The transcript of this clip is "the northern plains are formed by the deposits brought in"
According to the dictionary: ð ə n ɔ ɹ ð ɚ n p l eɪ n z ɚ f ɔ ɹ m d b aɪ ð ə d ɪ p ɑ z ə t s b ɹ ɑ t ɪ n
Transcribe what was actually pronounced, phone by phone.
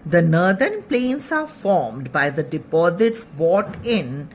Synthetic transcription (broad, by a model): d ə n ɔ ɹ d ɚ n p l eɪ n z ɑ f ɔ ɹ m d b aɪ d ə d ɪ p ɑ z ə t s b ɑ t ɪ n